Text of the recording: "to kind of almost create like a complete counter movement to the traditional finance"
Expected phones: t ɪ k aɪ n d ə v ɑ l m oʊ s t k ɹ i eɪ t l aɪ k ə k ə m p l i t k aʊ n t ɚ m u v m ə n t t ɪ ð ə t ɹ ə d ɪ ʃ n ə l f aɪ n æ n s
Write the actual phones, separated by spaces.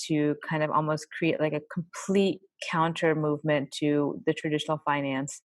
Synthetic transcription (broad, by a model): t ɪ k aɪ n d ə v ɑ l m oʊ s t k ɹ i eɪ t l aɪ k ə k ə m p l i t k aʊ n t ɚ m u v m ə n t t ɪ ð ə t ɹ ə d ɪ ʃ n l f aɪ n æ n s